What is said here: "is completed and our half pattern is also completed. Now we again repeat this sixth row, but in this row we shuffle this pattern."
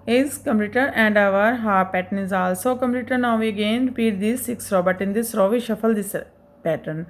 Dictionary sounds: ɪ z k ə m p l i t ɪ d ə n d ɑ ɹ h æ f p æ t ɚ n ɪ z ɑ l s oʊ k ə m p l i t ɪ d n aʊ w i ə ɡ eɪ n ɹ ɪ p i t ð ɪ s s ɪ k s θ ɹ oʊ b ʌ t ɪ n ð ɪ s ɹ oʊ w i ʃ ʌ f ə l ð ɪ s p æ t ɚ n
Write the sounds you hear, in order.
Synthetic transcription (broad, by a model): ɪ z k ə m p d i t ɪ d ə n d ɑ ɹ h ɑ p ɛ t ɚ n ɪ z ɑ l s oʊ k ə m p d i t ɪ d n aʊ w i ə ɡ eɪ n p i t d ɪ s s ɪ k s ɹ oʊ b ʌ t ɪ n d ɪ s ɹ oʊ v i ʃ ʌ f ə l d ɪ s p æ t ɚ n